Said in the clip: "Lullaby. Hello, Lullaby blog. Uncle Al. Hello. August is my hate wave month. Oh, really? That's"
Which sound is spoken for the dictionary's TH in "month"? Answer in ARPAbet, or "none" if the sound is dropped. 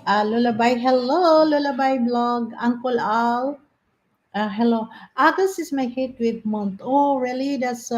T